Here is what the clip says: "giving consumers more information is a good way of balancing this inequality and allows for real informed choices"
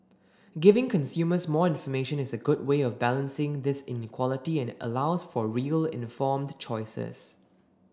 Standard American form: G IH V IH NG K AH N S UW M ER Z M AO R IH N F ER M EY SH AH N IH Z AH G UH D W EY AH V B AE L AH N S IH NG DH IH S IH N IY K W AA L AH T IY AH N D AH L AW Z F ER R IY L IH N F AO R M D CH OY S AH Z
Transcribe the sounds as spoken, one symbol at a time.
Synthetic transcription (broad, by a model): G IH V IH NG K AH N S UW M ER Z M AO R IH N F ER M EY SH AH N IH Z AH G UH D W EY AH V B AE L AH N S IH NG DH IH S IH N IY K W AA L AH T IY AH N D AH L AW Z F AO R IY L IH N F AO M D CH OY S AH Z